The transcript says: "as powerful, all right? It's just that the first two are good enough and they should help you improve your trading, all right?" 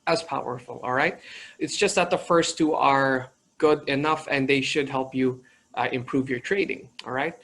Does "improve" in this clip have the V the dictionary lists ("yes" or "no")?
yes